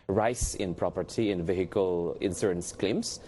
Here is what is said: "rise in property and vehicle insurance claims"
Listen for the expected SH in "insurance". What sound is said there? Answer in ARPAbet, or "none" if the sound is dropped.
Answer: S